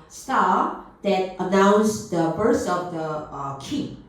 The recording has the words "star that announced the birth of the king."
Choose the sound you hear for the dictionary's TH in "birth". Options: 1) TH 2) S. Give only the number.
2